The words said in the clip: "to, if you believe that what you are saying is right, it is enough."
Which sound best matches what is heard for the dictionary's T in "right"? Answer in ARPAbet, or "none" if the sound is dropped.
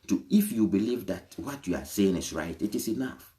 T